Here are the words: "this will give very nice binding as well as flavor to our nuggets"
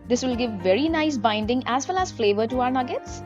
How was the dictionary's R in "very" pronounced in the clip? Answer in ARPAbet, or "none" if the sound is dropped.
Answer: R